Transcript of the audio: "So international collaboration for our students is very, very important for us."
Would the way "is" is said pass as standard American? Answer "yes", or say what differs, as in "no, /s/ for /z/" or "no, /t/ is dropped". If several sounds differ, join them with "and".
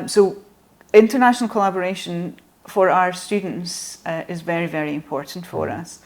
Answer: yes